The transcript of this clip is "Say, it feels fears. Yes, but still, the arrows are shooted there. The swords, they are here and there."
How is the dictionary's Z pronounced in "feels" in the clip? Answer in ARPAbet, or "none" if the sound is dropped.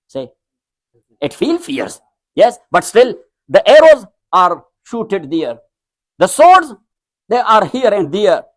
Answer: none